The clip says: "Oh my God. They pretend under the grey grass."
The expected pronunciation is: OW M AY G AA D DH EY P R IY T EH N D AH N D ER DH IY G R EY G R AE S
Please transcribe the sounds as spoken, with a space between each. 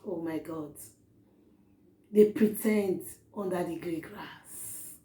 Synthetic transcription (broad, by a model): OW M AY G AA D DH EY P R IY T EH N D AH N D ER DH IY G R EY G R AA S